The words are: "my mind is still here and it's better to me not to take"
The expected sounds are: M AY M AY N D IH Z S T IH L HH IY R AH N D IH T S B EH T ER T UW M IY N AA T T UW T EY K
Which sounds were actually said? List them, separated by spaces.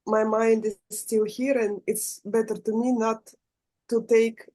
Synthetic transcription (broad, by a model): M AY M AY N D IH Z S T IH L HH IY R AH N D IH T S B EH T ER T UW M IY N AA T T UW T EY K